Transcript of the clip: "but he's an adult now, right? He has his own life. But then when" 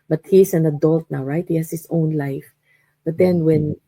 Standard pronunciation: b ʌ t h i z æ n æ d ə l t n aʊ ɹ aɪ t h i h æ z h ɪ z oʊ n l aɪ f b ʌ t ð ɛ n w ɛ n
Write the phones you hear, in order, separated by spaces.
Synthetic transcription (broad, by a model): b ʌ t h i s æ n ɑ d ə l t n aʊ ɹ aɪ t h i h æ s h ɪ s oʊ n l aɪ f b ʌ t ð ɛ n w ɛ n